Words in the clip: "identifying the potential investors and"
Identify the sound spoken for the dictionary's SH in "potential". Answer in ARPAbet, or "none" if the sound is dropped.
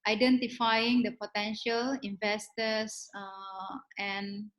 SH